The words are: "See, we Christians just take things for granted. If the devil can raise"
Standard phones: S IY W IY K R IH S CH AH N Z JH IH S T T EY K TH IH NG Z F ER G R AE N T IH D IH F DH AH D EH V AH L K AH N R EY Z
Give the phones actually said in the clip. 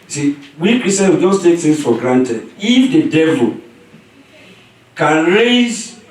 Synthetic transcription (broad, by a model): S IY W IY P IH S AH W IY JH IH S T T EY K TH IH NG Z F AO G R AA N T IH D IH F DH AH D EH V AH L K AH N R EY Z